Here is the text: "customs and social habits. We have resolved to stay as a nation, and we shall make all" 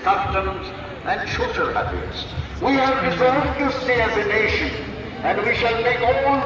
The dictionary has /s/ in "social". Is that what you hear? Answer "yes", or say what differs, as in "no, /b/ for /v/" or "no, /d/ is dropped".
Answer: no, /ʃ/ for /s/